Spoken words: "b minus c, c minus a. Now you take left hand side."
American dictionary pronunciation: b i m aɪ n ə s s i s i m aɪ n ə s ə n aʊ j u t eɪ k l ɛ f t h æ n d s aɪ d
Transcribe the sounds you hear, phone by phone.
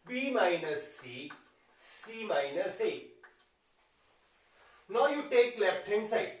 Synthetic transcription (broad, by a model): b i m aɪ n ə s s i s i m aɪ n ə s ə n aʊ j u t eɪ k l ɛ p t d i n s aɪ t